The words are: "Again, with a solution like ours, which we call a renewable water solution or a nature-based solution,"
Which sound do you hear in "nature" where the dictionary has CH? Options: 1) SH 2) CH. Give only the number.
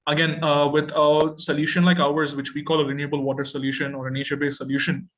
1